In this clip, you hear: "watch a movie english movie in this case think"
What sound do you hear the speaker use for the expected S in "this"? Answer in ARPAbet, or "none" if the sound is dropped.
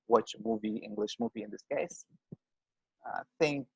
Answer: S